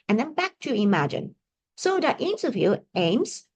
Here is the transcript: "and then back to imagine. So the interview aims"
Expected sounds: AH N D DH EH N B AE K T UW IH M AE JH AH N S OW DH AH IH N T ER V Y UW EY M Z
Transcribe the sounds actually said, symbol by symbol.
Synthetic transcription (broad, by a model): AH N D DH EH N B AE K T UW IH M AE JH AH N S OW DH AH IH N S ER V Y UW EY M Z